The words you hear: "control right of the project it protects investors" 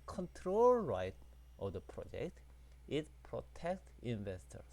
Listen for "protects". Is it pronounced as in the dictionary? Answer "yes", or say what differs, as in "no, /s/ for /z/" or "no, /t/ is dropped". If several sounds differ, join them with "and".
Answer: no, /s/ is dropped